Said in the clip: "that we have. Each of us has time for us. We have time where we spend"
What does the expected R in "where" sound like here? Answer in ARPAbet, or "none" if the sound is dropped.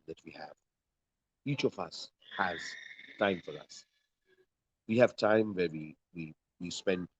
W